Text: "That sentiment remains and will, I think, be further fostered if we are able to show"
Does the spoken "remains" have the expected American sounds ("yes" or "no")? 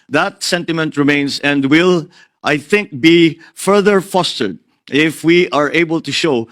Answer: no